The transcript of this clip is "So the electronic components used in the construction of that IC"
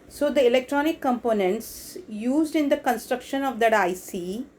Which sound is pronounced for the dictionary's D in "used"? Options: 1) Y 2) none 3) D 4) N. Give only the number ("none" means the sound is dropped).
3